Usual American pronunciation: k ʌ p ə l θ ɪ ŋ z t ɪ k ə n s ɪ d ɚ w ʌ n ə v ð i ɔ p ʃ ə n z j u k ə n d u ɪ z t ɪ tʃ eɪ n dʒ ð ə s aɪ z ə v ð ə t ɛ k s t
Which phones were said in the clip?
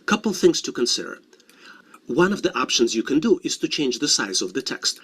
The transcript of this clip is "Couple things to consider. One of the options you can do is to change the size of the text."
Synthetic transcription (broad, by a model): k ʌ p l θ ɪ ŋ z t ɪ k ə n s ɪ d ɚ w ʌ n ə v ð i ɔ p ʃ ə n z j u k ə n d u ɪ z t ɪ tʃ eɪ n dʒ ð ə s aɪ z ə v ð ə t ɛ k s t